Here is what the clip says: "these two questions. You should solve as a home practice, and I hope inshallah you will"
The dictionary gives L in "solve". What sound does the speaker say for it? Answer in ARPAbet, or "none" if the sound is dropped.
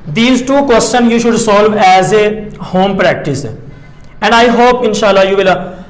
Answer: L